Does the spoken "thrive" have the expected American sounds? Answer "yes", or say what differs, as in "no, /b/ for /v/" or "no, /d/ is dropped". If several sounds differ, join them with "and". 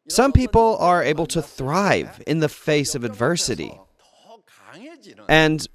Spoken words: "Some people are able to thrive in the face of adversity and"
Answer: yes